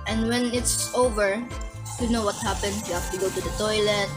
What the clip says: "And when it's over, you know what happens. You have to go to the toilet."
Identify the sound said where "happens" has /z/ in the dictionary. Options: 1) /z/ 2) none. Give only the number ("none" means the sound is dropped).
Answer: 2